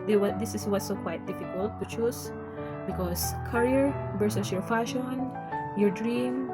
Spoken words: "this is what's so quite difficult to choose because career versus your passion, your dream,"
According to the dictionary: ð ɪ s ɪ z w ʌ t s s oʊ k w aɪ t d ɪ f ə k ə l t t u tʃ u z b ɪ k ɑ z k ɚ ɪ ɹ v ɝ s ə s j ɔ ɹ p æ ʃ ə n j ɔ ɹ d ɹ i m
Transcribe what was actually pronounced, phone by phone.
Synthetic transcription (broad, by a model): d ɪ s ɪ s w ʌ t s s oʊ k w aɪ t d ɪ f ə k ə l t t u tʃ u s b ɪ k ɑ s k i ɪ ɹ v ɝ s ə s j ɔ ɹ f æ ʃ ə n j ɔ ɹ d ɹ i m